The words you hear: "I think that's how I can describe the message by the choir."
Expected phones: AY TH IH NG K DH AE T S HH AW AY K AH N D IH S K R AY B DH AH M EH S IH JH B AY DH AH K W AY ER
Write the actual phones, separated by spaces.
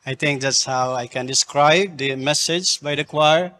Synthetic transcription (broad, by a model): AY T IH NG K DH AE T S HH AW AY K AH N D IH S K R AY B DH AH M EH S IH JH B AY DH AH K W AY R